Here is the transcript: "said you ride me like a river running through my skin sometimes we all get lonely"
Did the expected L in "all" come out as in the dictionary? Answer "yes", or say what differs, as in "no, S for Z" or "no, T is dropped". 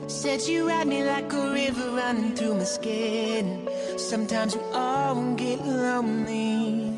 no, N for L